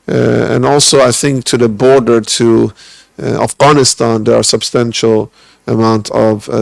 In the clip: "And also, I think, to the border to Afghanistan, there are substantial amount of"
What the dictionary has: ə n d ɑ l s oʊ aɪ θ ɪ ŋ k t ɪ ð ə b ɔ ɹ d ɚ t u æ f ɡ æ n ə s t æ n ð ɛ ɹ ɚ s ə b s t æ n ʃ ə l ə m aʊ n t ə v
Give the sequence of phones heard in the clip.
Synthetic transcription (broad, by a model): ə n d ɑ l s oʊ aɪ θ ɪ ŋ k t ɪ ð ə b ɔ ɹ d ɚ t u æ f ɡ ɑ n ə s t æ n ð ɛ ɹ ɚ s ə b s t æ n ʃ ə l ə m aʊ n t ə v